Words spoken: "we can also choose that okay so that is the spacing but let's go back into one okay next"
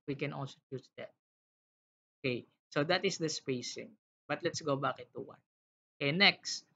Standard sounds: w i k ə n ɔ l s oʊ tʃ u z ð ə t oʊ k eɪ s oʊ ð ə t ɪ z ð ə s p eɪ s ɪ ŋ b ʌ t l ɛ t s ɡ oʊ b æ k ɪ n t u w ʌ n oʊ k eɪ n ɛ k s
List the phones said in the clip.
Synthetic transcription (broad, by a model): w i k ə n ɔ l s oʊ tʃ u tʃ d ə t oʊ k eɪ s oʊ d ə t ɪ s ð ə s p eɪ s ɪ ŋ b ʌ t l ɛ t s ɡ oʊ b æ k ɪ t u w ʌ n oʊ k eɪ n ɛ k s